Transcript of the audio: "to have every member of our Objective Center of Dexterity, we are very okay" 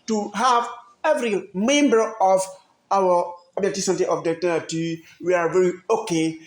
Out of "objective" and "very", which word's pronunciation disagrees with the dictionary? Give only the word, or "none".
objective